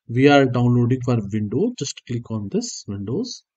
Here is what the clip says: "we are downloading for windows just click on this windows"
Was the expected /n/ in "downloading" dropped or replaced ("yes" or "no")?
no